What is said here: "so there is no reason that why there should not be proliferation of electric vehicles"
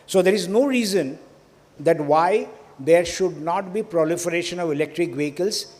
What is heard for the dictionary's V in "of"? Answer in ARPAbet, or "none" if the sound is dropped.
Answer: V